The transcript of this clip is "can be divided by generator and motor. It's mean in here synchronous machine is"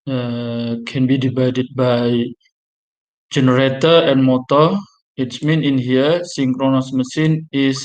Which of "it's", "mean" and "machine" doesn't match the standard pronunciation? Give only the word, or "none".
machine